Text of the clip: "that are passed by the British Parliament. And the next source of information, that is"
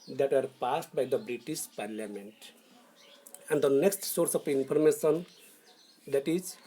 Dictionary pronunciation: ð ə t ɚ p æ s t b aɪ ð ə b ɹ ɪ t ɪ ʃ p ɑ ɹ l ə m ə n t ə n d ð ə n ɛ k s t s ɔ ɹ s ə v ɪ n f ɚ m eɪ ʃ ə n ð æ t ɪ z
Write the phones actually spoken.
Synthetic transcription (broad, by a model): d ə t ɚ p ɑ s t b aɪ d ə b ɹ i t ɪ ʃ p ɑ ɹ l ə m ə n t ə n d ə n ɛ k s t s ɔ ɹ s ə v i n p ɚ m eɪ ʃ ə n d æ t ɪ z